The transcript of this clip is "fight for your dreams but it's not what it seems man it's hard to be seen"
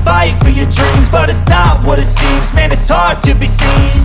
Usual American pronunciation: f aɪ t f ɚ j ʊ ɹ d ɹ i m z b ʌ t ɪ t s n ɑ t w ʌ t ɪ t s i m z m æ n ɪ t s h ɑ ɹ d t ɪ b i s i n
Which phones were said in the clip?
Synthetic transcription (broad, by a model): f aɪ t f ɚ j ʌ ɹ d ɹ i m z b ʌ t ɪ t s n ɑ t w ʌ t ɪ t s i m z m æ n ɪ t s h ɑ ɹ d t ɪ b i s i n